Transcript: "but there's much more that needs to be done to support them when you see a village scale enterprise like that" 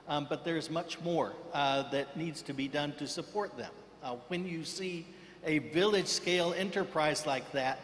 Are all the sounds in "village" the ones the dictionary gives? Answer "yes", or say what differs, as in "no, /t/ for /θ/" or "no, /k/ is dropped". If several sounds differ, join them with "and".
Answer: yes